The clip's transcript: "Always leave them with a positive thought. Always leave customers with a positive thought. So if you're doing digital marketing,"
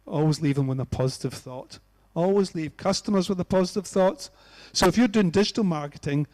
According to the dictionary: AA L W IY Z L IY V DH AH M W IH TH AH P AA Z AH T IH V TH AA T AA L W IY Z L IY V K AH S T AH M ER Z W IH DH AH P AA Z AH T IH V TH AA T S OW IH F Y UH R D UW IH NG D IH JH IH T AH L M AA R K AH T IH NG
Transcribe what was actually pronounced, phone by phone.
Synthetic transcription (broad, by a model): AA L W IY Z L IY V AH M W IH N AH P AA Z AH T IH V TH AA T AA L W IY Z L IY V K AH S T AH M ER Z W IH DH AH P AA Z AH T IH V TH AA T S OW IH F Y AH R D UW IH NG D IH JH IH T AH L M AA R K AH T IH NG